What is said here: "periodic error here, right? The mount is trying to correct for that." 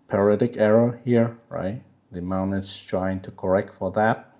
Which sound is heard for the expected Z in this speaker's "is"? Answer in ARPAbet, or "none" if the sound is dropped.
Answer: S